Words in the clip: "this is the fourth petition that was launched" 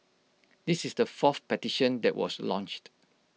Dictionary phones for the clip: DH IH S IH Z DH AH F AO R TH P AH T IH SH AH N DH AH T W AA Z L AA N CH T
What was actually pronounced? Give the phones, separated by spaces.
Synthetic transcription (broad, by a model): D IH S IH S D AH F AO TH P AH T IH SH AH N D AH T W AA S L AA N CH T